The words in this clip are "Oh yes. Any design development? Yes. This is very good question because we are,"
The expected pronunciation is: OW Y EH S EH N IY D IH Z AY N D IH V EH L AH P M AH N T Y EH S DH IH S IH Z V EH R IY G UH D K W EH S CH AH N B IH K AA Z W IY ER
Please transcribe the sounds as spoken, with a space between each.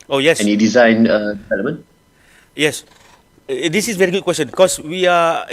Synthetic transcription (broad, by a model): OW Y EH S EH N IY D IH Z AY N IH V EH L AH M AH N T Y EH S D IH S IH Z V EH R IY G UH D K W EH S CH AH N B K AA S W IY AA